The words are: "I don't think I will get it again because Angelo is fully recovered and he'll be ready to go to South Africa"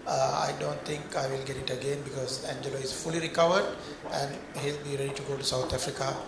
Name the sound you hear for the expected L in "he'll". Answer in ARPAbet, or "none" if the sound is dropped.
L